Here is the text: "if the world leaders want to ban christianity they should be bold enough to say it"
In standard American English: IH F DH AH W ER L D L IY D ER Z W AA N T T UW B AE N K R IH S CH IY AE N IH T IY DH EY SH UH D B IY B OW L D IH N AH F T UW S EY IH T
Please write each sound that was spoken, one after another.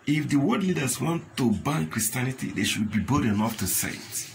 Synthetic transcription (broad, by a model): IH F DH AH W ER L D L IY D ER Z W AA N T T UW B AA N K R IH S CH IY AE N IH T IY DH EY SH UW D B IY B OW D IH N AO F T UW S EY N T